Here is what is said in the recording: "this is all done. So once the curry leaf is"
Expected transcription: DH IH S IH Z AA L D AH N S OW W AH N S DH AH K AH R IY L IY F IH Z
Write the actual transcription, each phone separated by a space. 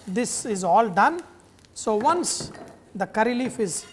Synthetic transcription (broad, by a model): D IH S IH Z AA L D AH N S OW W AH N S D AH K AH R IY L IY F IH Z